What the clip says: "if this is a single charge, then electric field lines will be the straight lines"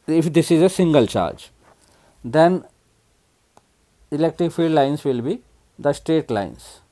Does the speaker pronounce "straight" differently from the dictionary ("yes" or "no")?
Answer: no